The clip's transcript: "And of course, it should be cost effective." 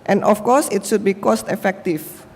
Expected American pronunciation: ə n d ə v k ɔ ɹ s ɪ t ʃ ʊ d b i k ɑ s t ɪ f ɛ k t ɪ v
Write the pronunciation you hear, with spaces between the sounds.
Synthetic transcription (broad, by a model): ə n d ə f k ɔ s ɪ t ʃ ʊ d b i k ɑ s t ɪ f ɛ k t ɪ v